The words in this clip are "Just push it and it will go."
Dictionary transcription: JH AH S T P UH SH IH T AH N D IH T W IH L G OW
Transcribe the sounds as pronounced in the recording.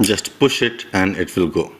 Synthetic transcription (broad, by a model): JH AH S T P UH SH IH T AH N D IH T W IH L G OW